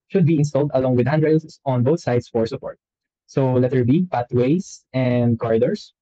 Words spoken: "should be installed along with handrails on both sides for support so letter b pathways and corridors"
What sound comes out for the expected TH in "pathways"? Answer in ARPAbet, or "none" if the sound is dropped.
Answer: T